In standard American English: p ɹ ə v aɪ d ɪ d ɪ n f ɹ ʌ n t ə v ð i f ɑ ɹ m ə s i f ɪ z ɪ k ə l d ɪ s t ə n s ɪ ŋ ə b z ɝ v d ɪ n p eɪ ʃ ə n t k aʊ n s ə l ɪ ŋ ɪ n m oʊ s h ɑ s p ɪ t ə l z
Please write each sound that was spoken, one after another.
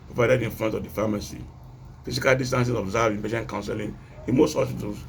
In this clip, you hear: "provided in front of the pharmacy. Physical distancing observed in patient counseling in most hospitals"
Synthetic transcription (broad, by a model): p ɹ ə v aɪ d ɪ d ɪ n f l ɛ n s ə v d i f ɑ m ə s i f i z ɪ k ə l d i s t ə n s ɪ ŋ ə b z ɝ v ɪ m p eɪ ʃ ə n k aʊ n s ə l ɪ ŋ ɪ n m oʊ s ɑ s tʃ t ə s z